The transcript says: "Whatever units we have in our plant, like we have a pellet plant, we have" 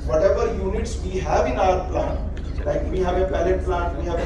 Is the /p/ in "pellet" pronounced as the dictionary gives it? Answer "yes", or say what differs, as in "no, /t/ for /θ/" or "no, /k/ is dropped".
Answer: no, /b/ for /p/